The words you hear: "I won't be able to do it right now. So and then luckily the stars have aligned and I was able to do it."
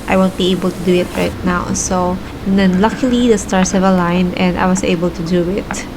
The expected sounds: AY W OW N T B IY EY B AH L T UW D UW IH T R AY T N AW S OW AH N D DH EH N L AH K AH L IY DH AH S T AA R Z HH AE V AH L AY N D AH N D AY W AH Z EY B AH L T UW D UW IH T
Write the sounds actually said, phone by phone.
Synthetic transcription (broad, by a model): AY W OW N T B IY EY B AH L T UW D UW IH T R AY T N AW S OW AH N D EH N L AH K AH L IY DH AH S T AA R S HH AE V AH L AY N AH N D AY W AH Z EY B AH L T UW D UW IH T